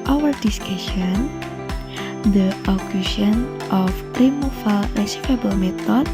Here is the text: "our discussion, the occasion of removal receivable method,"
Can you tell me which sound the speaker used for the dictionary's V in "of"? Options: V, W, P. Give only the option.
P